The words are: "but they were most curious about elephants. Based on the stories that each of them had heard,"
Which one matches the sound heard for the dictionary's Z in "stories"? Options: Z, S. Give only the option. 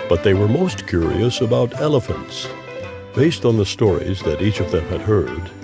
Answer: Z